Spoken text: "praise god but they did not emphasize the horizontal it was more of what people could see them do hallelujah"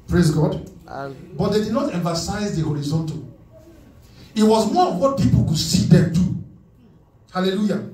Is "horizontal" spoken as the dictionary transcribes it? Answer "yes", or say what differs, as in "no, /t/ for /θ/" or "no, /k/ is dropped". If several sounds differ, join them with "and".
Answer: yes